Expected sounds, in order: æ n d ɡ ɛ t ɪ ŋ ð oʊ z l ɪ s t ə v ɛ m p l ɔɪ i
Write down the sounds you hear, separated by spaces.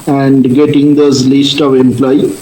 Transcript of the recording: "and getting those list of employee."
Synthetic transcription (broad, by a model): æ n d ɡ ɛ t ɪ ŋ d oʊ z l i s t ə v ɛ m p l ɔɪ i